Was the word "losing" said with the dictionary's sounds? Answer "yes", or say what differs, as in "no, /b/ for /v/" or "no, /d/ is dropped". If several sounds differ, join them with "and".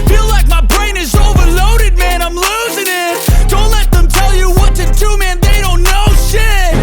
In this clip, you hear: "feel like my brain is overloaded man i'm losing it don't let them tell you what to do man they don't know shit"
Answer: yes